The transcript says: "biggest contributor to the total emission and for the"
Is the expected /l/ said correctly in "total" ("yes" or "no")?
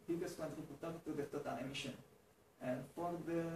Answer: no